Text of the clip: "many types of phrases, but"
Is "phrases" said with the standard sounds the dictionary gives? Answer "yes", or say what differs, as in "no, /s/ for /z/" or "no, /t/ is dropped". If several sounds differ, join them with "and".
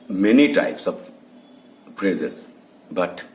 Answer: no, /p/ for /f/